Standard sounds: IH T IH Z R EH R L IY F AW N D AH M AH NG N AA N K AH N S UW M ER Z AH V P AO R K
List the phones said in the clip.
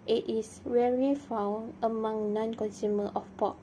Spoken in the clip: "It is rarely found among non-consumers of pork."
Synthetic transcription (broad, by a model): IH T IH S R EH R IY F AW N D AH M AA NG N AA N K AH N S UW M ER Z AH F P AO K